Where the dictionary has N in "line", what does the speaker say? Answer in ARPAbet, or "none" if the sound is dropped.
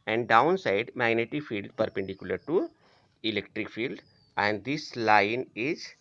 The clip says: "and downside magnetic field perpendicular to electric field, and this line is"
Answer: N